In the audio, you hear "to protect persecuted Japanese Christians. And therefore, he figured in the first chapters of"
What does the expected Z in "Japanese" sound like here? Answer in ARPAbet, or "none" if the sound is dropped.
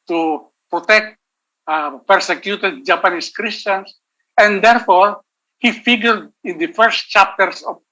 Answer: S